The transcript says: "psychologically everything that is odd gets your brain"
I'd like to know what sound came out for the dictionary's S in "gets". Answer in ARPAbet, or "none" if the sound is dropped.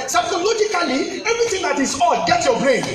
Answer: none